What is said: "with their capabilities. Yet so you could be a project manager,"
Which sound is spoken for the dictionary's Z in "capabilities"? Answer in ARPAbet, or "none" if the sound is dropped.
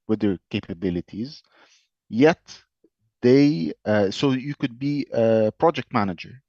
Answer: Z